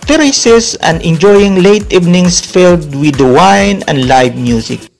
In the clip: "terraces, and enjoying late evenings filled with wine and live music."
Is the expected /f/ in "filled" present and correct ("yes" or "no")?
yes